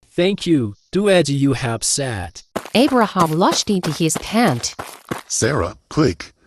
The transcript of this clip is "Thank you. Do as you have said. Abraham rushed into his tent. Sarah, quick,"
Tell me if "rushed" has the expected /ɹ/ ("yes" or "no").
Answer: no